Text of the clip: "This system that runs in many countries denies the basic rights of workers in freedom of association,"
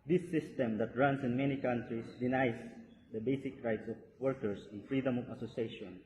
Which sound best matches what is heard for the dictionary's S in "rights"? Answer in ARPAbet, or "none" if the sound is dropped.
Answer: S